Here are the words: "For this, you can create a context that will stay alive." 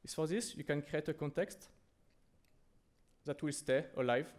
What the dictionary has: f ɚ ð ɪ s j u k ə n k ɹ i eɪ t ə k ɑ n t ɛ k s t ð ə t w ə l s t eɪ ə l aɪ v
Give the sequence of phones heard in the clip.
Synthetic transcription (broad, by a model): f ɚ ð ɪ s j u k ə n k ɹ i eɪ t ə k ɑ n t ɛ k s t ð ə t w ə l s t eɪ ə l aɪ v